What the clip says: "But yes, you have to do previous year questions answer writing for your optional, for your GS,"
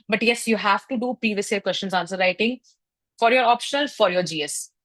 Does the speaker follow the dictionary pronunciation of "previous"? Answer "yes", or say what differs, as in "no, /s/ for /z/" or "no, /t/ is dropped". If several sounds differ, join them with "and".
no, /ɹ/ is dropped